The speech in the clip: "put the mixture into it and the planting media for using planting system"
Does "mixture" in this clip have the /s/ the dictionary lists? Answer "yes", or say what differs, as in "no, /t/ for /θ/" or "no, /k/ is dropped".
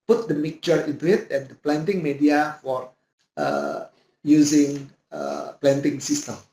no, /s/ is dropped